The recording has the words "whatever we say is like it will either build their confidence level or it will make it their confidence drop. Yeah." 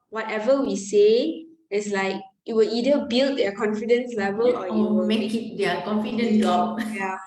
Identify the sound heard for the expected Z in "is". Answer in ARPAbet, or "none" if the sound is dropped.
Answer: S